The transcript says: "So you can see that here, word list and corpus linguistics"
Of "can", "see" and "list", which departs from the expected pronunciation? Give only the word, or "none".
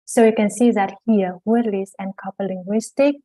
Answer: list